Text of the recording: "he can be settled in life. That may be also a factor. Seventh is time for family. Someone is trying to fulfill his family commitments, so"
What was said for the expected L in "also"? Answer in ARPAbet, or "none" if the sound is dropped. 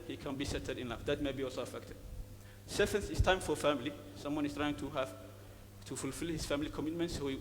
L